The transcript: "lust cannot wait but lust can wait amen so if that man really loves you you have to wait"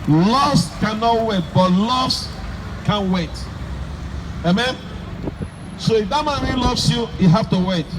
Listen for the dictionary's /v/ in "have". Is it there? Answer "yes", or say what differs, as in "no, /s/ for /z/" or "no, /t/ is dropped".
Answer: no, /f/ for /v/